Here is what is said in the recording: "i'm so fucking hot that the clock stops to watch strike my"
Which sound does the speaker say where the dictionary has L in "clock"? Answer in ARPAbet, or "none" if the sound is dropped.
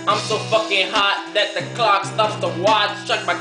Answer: L